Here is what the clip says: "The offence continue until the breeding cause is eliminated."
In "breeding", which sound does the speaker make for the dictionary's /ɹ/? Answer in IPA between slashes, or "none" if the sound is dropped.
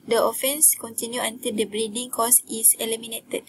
/ɹ/